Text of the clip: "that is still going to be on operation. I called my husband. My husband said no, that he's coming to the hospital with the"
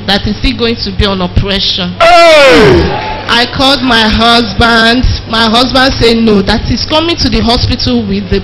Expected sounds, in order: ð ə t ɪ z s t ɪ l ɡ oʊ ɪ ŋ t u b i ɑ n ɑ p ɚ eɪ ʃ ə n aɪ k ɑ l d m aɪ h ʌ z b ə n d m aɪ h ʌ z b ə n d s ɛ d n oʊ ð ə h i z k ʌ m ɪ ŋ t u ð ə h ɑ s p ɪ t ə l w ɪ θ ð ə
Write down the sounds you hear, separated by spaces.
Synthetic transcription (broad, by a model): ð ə t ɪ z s t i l ɡ oʊ ɪ ŋ t u b i ɑ n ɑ p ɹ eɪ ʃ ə n aɪ k ɑ l d m aɪ h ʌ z b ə n d m aɪ h ʌ z b ə n d s ɛ n oʊ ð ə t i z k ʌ m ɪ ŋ t u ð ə h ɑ s p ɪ t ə l w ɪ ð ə